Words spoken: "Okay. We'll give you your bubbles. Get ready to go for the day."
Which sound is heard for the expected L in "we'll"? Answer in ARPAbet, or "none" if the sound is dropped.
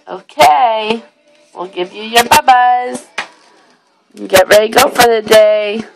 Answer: L